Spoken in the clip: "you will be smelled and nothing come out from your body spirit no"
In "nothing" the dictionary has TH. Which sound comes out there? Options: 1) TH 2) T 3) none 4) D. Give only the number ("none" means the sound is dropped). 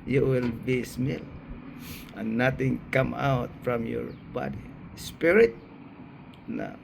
2